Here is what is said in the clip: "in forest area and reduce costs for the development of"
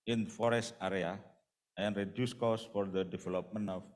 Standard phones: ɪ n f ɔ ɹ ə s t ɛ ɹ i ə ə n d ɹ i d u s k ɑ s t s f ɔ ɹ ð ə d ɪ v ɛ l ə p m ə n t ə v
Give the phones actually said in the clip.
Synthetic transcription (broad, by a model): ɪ n f ɔ ɹ ə s t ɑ ɹ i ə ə n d ɹ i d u s k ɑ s s f ɔ ɹ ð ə d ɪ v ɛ l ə p m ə n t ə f